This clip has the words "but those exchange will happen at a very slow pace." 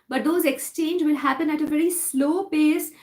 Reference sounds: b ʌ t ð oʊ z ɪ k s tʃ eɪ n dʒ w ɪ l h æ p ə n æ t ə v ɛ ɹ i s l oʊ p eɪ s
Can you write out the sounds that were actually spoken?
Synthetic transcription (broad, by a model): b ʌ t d oʊ z ɪ k s tʃ eɪ n dʒ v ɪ l h æ p ə n æ t ə v ɛ ɹ i s l oʊ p eɪ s